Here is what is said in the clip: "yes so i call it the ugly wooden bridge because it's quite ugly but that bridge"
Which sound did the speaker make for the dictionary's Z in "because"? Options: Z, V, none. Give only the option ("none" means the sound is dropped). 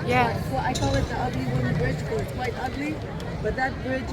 none